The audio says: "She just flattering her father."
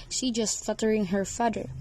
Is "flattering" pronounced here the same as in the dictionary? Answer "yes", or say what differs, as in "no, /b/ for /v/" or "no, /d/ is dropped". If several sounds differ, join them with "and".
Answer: no, /l/ is dropped